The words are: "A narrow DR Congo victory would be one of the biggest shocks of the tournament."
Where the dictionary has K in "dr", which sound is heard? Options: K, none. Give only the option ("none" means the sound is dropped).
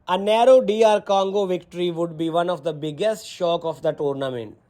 none